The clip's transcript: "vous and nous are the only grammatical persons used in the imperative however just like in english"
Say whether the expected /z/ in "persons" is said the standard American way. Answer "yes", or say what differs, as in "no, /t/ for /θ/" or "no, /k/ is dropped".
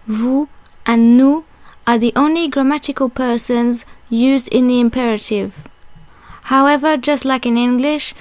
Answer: yes